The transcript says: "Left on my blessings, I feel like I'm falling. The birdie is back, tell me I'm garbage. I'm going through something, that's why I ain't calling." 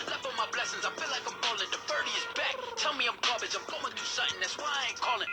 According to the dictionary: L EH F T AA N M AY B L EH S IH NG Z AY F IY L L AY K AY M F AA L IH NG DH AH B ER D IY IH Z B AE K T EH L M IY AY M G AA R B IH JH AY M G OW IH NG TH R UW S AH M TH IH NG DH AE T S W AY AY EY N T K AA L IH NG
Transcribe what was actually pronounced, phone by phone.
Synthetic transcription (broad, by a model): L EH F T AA M AY B L EH S IH NG Z AY F IY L L AY K AY M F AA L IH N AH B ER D IY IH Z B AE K T EH L M IY AY M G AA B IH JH AY M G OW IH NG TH UW S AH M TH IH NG DH AE T S W AY AY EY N K AA L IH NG